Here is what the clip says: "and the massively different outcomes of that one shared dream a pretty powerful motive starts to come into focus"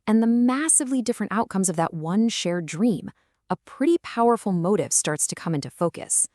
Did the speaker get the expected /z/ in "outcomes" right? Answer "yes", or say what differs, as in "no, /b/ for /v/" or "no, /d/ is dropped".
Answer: yes